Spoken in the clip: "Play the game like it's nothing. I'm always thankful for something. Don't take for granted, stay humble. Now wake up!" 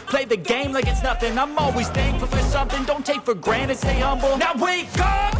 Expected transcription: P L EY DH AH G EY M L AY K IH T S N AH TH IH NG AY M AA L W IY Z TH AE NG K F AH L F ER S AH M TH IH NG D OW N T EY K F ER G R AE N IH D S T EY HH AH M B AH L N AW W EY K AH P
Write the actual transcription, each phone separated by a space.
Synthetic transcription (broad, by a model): P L EY DH AH G EY M L AY K IH T S N AH TH IH NG AY M AA L W IY Z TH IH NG F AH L F ER S AH M TH IH NG D OW N T EY K F ER G R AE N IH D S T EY HH AH M B L N AW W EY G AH